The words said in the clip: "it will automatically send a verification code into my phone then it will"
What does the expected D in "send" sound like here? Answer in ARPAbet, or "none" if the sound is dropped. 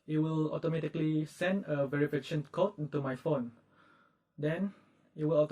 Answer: D